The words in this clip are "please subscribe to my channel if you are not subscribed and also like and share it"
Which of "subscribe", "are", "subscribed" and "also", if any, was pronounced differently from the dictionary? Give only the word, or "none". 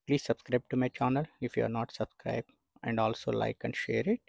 subscribed